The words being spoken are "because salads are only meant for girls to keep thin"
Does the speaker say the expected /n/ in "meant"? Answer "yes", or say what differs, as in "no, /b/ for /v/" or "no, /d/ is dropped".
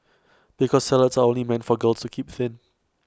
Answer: yes